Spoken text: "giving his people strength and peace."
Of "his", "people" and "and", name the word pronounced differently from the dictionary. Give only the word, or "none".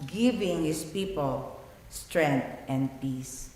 his